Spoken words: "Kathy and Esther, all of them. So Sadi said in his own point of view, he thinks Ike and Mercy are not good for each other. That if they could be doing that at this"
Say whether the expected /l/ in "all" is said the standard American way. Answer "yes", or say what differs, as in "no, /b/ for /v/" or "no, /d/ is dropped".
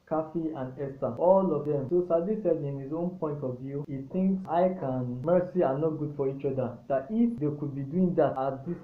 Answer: yes